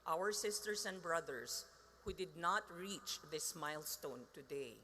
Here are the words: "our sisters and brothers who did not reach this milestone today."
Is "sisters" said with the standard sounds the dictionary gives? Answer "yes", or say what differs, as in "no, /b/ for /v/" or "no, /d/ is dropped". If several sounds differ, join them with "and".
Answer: no, /s/ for /z/